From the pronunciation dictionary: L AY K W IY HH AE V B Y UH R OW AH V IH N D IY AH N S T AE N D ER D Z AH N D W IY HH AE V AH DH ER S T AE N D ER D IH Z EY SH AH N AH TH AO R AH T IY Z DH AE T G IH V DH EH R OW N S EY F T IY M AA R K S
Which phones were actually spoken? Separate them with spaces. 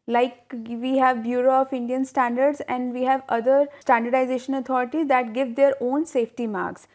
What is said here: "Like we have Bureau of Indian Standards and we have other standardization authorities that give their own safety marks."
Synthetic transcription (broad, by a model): L AY K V IY HH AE V B Y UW R OW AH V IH N D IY AH N S T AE N D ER D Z AH N D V IY HH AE V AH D ER S T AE N D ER D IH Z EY SH AH N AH T AO R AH T IY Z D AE T G IH V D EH R OW N S EY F T IY M AA R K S